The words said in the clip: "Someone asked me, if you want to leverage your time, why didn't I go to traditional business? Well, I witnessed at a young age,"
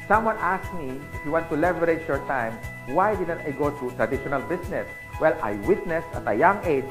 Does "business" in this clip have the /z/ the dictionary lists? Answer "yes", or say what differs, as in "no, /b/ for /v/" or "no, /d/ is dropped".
no, /s/ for /z/